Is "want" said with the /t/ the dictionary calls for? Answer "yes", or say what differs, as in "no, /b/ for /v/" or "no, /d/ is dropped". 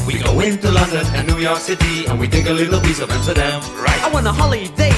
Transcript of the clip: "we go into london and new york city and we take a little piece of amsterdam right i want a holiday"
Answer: no, /t/ is dropped